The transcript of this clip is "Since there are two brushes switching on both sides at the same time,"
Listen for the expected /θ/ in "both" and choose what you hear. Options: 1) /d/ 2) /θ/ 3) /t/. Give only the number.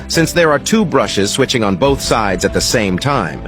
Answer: 2